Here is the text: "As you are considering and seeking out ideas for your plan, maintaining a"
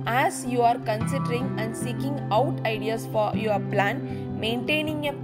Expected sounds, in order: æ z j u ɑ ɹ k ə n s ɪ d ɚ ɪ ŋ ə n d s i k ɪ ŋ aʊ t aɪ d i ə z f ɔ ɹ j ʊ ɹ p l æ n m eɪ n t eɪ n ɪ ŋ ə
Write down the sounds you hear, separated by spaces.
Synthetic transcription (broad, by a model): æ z j u ɑ ɹ k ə n s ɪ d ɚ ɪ ŋ ə n d s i k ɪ ŋ aʊ t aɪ d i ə s f ɔ ɹ j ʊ ɹ p l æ n m eɪ n t eɪ n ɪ ŋ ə